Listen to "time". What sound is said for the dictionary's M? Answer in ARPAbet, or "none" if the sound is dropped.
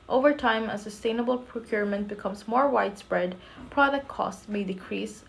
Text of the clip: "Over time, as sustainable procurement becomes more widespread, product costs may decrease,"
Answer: M